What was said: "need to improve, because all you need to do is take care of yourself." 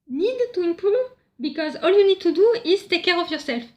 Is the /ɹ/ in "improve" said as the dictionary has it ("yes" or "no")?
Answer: no